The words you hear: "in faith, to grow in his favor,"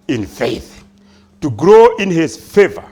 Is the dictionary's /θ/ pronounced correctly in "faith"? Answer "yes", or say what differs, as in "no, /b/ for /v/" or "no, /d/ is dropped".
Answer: yes